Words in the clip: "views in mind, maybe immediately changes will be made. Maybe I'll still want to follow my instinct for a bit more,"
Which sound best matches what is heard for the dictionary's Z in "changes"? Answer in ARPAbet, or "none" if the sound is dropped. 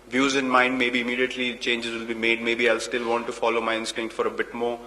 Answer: Z